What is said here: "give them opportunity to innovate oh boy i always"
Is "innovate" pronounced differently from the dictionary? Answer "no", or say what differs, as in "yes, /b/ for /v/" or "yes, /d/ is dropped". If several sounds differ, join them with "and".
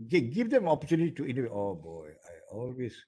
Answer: yes, /w/ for /v/